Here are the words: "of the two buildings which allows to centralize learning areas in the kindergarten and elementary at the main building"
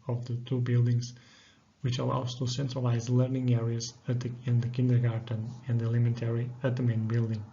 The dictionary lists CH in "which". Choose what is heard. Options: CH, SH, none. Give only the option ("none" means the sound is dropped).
CH